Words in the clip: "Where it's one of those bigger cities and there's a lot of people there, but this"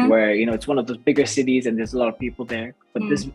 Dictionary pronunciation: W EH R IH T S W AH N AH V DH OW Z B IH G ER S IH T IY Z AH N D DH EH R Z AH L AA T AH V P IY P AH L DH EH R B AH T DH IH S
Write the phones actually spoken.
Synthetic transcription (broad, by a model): W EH R IH T S W AH N AH V DH OW Z B IH G ER S IH T IY Z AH N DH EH R Z AH L AA T AH V P IY P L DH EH R B AH T DH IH S